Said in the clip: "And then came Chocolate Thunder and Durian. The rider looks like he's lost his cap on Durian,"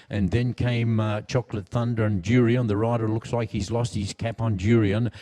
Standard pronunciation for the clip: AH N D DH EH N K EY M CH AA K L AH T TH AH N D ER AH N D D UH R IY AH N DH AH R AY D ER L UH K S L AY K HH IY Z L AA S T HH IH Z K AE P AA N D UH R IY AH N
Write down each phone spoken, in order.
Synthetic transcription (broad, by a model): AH N DH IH N K EY M CH AA K L AH T TH AH N D ER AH N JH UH R IY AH N DH AH R AY D ER L UH K S L AY K HH IY Z L AA S T HH IH Z K AE P N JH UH R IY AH N